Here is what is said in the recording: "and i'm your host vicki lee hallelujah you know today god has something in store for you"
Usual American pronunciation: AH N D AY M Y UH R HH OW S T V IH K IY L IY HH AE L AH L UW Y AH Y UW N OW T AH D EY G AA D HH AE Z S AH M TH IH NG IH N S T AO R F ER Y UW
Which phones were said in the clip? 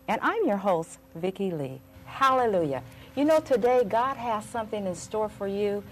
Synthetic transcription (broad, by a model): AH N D AY M Y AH R HH OW S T V IH K IY L IY HH AE L AH L UW Y AH Y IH N OW T AH D EY G AA D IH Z S AH M TH IH NG IH N S T AO R F ER Y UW